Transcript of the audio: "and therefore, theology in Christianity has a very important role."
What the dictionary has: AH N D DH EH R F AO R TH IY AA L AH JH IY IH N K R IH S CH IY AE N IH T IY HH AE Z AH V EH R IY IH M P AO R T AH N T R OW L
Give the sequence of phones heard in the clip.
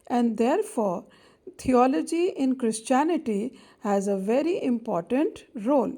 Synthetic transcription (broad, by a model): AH N D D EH R F AO R T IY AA L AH JH IY IH N K R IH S CH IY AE N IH T IY HH AE Z AH V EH R IY IH M P AO R T AH N T R OW L